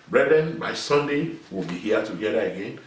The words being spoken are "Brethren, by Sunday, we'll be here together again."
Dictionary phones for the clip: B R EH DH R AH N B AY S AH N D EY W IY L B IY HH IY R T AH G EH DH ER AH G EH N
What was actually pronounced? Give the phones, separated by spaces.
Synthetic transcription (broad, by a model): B R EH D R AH N B AY S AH N D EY W IY L B IY HH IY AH T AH G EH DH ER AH G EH N